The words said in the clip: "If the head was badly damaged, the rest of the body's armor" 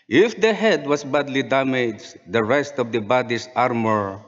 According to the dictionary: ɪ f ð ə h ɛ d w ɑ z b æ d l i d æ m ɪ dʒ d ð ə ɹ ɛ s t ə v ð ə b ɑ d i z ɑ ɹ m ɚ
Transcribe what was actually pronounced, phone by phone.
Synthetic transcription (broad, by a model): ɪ f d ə h ɛ d w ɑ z b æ d l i d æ m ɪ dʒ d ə ɹ ɛ s t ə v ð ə b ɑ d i s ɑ ɹ m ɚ